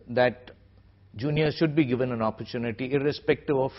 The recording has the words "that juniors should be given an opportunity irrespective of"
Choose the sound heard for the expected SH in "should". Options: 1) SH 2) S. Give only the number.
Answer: 1